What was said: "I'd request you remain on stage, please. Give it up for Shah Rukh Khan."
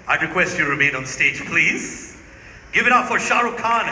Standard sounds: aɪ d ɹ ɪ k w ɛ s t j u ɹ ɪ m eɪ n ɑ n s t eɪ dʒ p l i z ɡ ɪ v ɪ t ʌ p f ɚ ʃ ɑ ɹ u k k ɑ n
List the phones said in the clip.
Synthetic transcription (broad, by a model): aɪ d ɹ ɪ k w ɛ s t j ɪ ɹ ɪ m eɪ n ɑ n s t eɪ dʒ p l i z ɡ ɪ v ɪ t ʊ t f ɚ ʃ ɑ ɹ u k k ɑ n